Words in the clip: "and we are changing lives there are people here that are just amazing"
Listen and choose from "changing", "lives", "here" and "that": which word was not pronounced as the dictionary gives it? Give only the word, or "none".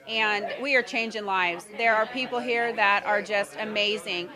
none